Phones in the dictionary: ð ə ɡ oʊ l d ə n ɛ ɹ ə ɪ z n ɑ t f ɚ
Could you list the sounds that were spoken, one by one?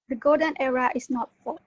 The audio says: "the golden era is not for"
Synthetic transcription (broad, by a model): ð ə ɡ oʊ d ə n ɛ ɹ ə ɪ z n ɑ t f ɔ